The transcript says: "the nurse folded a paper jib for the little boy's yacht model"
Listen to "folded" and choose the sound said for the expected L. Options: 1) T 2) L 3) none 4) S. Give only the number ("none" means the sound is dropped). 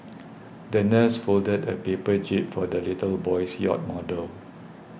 2